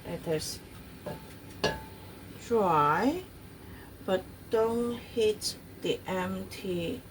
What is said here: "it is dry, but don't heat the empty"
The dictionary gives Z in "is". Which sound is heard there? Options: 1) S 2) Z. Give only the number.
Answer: 1